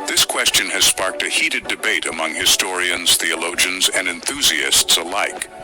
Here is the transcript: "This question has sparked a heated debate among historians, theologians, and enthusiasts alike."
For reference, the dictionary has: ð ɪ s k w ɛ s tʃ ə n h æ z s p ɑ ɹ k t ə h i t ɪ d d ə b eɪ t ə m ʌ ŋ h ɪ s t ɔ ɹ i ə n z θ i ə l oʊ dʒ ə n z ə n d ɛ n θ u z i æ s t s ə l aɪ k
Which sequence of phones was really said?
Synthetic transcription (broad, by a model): ð ɪ s k w ɛ s tʃ ə n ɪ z s p ɑ ɹ k t ə h i t ɪ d d ə b eɪ t ə m ʌ ŋ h ɪ s t ɔ ɹ i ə n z θ i ə l oʊ dʒ ə n z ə n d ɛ n θ u z i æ s t s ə l aɪ k